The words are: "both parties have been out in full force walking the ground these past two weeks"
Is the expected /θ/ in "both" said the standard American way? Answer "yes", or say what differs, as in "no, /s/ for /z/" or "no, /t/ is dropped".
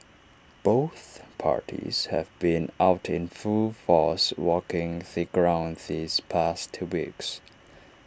yes